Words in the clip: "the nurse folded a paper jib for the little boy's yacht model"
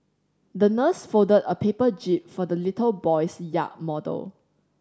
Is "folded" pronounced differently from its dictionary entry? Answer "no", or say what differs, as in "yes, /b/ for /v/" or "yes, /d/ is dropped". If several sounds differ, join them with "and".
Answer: yes, /l/ is dropped